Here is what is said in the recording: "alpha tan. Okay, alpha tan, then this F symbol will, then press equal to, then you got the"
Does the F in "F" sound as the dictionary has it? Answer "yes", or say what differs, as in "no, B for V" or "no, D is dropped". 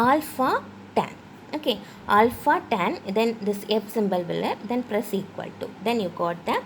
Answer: no, P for F